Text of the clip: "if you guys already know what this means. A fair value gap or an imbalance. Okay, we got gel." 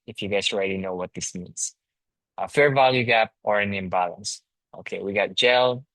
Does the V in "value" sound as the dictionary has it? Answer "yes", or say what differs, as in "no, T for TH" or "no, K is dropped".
yes